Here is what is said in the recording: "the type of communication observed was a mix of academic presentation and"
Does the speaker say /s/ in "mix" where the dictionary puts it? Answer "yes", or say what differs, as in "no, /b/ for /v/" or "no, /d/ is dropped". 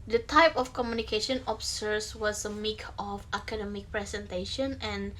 no, /s/ is dropped